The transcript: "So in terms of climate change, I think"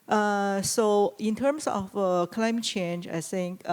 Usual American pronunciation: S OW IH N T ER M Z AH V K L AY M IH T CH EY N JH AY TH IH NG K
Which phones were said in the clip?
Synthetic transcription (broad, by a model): S OW IH N T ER M S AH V K L AY M IH T CH EY N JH AY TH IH NG K